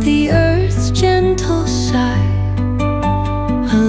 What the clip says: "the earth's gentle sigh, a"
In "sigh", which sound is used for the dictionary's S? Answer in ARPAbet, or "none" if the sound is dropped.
SH